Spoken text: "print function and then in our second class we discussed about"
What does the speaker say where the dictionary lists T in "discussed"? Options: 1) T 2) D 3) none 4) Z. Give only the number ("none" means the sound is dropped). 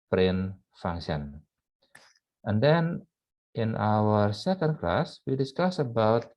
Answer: 3